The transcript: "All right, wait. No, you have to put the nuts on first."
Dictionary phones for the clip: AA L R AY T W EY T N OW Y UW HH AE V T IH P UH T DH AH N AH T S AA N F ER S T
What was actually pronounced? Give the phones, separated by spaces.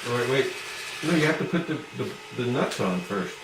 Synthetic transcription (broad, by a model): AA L R AY T W EY T N OW Y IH HH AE F T IH P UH T DH AH N AH T S N F ER S T